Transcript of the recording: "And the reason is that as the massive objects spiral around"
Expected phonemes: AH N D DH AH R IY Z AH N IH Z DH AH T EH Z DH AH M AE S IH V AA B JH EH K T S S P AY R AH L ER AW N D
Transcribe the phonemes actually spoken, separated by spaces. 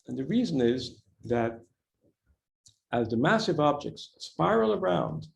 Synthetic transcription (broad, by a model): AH N DH AH R IY Z AH N IH Z DH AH T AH Z DH AH M AE S IH V AA B JH EH K T S S P AY R L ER AW N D